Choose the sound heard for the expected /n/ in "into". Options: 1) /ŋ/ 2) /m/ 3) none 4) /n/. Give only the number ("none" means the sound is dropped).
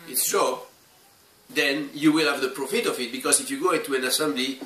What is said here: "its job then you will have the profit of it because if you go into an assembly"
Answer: 3